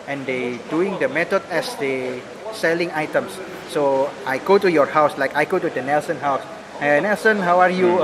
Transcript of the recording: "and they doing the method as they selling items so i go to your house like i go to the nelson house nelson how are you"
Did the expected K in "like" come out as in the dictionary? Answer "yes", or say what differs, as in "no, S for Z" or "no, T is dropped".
yes